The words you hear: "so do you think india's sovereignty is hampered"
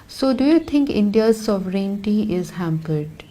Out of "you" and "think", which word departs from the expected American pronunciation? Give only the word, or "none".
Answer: think